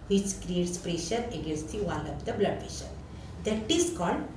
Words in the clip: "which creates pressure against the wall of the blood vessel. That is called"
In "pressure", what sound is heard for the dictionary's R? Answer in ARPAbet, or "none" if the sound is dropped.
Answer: R